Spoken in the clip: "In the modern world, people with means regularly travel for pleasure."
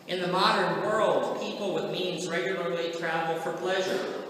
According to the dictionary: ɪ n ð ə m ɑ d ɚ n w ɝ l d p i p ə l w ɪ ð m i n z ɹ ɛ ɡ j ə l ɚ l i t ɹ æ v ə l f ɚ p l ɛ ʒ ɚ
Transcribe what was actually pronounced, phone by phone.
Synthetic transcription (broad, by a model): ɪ n ð ə m ɑ d ɚ n w ɝ l d p i p l w ɪ ð m i n z ɹ ɛ ɡ j l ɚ l i t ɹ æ v l f ɚ p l ɛ ʒ ɚ